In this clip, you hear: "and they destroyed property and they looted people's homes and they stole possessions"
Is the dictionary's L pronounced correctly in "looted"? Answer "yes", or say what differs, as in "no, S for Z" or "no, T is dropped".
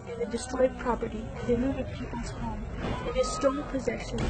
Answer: no, N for L